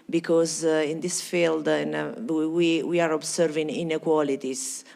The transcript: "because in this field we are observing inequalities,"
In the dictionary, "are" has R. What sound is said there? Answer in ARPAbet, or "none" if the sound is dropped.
R